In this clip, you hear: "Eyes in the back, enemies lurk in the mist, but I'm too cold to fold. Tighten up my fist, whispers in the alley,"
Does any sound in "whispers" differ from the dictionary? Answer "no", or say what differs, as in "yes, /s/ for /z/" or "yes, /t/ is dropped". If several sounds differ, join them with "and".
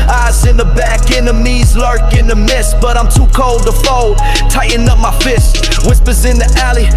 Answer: no